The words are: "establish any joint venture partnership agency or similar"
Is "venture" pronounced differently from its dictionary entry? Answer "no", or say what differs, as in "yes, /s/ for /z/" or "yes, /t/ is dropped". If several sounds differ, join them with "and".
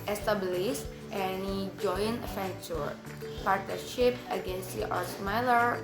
yes, /f/ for /v/